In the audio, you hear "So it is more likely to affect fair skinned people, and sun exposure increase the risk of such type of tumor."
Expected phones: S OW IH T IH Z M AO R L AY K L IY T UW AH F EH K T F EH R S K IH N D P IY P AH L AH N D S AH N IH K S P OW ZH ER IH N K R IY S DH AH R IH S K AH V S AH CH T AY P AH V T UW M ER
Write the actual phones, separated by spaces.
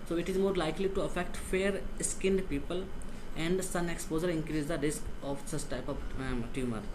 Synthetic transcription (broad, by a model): S OW IH T IH Z M AO R L AY K L IY T UW AH F EH K T F EH R S K IH N D P IY P AH L AH N D S AH N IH K S P OW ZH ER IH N K R IY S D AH R IH S K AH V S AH S T AY P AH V T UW M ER